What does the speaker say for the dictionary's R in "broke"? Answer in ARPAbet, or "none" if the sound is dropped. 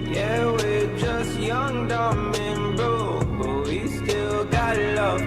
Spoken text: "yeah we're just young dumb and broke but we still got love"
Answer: none